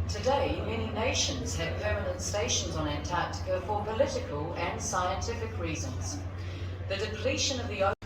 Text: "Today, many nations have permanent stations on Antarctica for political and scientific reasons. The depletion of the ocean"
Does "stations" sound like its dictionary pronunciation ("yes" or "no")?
yes